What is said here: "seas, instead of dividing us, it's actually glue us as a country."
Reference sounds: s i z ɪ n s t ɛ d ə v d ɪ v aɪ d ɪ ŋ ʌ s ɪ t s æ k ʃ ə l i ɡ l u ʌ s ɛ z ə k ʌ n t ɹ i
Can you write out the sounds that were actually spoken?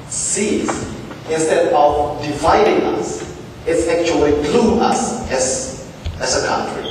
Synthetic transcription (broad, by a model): s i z ɪ n s t ɛ d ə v d ɪ v aɪ d ɪ ŋ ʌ s ɪ t s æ k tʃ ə l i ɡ l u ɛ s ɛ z ə k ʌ n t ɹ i